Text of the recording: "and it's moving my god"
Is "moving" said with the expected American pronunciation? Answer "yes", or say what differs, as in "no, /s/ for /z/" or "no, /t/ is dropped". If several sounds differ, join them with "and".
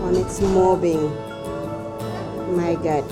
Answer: no, /b/ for /v/